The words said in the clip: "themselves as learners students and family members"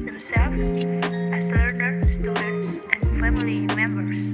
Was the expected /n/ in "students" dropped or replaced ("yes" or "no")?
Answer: yes